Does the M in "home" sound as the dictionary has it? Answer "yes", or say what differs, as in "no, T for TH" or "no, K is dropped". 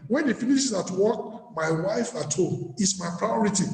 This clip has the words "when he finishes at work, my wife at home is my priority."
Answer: no, M is dropped